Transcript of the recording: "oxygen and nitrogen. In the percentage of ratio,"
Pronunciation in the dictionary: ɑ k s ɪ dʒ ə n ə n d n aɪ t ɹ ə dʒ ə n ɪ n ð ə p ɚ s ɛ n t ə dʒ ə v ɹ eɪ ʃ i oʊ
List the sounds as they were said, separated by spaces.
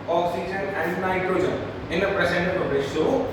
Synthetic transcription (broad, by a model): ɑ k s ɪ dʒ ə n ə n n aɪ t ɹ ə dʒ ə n ɪ n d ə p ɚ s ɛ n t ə ə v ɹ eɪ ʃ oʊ